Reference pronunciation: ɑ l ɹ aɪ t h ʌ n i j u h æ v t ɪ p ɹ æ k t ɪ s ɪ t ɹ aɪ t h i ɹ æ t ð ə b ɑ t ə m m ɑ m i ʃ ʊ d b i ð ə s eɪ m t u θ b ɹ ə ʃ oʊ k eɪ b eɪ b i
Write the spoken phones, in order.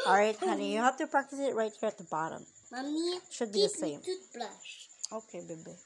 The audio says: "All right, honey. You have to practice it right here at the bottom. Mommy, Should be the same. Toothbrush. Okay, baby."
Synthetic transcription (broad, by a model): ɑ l ɹ aɪ t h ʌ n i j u h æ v t ɪ p ɹ æ k t ɪ s ɪ t ɹ aɪ t h i ɹ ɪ t ð ə b ɑ t ə m m ɑ m i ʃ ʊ d b i ð ə s eɪ m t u t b l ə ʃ oʊ k eɪ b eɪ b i